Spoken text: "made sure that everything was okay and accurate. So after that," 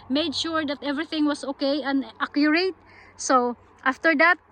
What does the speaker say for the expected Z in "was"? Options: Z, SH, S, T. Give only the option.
S